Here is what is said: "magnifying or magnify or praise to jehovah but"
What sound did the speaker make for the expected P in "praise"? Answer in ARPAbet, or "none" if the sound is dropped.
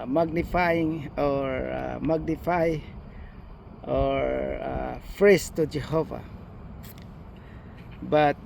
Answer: F